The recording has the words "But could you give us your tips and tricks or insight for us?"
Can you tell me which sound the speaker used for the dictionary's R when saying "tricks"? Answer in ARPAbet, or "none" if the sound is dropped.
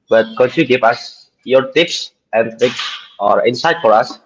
none